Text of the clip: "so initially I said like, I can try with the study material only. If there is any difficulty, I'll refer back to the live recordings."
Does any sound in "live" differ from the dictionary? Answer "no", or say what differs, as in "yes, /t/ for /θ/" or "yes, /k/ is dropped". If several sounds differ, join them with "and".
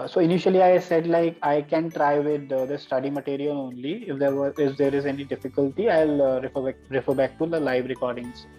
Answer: no